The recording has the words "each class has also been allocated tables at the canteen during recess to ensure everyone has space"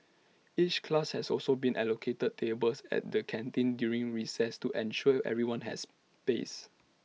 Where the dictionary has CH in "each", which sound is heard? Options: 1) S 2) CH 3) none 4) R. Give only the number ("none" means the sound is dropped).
2